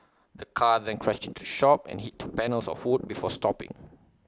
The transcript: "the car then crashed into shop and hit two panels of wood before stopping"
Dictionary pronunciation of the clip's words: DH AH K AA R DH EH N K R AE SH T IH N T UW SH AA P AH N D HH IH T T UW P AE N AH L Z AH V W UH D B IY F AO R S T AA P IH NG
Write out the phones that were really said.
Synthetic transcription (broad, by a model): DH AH K AA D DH EH N K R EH S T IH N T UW SH AA P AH N HH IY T T UW P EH N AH L S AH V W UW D B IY F AO S T AA P IH NG